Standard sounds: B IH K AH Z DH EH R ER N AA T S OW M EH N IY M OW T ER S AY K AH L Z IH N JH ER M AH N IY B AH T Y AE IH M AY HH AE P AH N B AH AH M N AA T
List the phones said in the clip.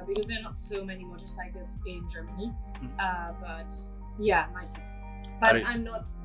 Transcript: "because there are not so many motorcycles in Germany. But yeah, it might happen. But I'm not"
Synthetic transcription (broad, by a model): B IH K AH Z DH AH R N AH T S OW M EH N IY M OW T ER S AY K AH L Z IH N JH ER M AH N IY B AH T Y AE M AY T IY AH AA AH M N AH T